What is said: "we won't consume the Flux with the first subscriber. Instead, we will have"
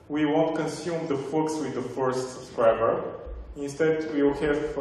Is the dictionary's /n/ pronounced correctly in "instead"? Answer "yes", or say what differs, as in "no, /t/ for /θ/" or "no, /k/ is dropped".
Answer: yes